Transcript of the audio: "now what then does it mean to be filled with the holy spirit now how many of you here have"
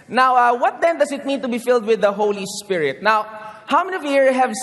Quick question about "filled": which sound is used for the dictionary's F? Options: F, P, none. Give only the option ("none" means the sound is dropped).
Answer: F